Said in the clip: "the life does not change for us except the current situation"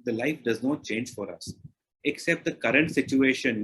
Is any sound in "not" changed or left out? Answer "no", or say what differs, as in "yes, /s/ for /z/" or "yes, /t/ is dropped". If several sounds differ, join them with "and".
no